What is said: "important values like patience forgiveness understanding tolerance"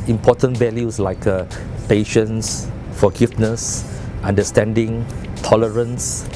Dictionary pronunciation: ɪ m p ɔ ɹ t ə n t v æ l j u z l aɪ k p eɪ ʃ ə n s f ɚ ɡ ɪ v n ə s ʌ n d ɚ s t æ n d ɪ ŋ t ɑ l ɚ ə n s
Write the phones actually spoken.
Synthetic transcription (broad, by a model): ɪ m p ɔ t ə n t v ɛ l j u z l aɪ k p eɪ ʃ ə n s f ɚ ɡ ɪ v n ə s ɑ n d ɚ s t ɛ n d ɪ ŋ t ɑ l ɚ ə n s